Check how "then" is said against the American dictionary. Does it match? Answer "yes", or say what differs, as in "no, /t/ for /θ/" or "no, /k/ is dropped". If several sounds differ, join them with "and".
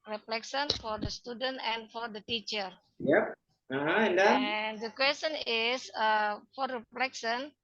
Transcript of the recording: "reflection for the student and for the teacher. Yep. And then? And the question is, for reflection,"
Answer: no, /n/ is dropped